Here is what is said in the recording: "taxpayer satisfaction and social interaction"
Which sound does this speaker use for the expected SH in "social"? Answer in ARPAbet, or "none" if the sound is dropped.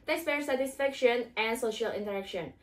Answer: SH